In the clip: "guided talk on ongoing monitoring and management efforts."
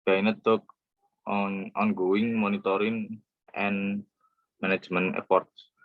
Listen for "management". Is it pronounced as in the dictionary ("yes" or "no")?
no